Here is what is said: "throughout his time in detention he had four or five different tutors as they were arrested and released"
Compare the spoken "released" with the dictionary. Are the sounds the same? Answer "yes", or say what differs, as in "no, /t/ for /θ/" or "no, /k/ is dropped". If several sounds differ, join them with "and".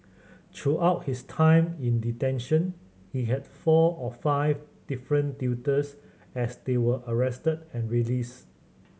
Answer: no, /t/ is dropped